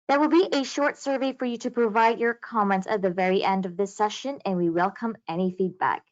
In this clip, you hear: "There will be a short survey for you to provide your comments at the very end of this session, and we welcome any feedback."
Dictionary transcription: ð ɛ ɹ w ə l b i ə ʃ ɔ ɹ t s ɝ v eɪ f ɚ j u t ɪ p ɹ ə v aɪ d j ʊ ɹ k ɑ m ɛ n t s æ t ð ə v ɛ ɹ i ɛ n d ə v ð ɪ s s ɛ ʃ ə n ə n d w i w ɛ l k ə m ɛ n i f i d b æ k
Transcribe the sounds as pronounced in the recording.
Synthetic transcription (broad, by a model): ð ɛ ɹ w ə l b i ə ʃ ɔ ɹ t s ɝ v eɪ f ɚ j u t ɪ p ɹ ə v aɪ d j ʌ ɹ k ɑ m ɛ n t s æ t ð ə v ɛ ɹ i ɛ n d ə v ð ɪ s s ɛ ʃ ə n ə n w i w ɛ l k ə m ɛ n i f i d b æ k